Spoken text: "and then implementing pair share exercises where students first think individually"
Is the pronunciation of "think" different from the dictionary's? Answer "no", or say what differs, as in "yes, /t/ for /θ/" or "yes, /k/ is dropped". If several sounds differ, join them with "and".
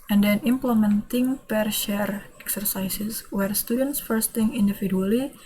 yes, /k/ is dropped